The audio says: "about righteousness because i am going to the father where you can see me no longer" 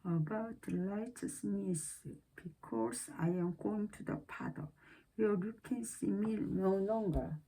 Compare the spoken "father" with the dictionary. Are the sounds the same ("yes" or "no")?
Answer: no